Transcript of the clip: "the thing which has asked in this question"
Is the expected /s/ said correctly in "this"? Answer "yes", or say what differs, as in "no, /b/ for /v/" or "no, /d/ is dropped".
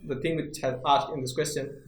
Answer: yes